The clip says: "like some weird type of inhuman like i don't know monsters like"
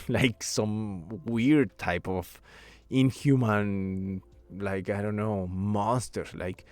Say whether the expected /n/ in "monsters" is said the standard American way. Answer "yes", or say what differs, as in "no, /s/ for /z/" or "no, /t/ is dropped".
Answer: no, /n/ is dropped